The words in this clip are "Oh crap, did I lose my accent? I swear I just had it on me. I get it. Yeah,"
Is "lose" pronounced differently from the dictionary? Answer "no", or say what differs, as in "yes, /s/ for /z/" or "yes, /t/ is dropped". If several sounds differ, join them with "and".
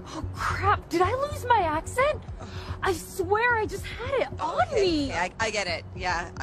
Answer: no